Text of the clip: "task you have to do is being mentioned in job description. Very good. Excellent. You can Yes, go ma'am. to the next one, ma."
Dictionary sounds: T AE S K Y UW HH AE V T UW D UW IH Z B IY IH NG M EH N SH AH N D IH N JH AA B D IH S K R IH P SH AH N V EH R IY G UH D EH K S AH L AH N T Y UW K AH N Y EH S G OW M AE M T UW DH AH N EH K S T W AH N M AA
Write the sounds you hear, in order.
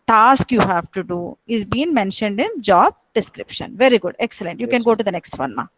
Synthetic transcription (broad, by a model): T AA S K Y UW HH AE V T UW D UW IH Z B IY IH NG M EH N SH AH N D IH N JH AA B D IH S K R IH P SH AH N V EH R IY G UH D EH K S AH L AH N T Y UW K AH N G OW T UW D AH N EH K S T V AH N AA